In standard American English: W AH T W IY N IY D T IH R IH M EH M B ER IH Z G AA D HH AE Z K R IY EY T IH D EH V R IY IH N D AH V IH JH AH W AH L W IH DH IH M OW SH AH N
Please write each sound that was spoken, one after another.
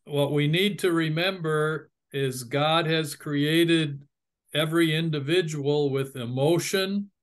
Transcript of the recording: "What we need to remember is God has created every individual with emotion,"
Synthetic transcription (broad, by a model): W AH T W IY N IY D T IH R IH M EH M B ER IH Z G AA D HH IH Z K R IY EY T IH D EH V R IY IH N D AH V IH JH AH W L W IH DH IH M OW SH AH N